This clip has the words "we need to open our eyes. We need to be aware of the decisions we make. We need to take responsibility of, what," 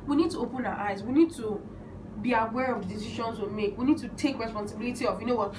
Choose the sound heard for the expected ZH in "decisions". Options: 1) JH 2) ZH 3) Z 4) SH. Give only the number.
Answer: 4